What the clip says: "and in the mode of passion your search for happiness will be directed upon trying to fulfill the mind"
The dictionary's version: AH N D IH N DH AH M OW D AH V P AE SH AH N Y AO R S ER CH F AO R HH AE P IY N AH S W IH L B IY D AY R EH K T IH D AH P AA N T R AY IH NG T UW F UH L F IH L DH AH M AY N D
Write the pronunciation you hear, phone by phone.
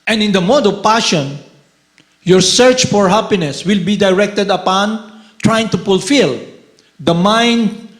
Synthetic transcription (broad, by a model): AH N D IH N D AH M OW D AH V P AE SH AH N Y AO R S ER CH F AO R HH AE P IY N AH S W IH L B IY D AY R EH K T IH D AH P AA N T R AY IH NG T UW F UH L F IH L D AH M AY N D